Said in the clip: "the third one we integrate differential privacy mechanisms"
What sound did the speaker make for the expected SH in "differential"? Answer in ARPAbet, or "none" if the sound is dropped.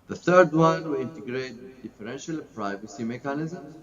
SH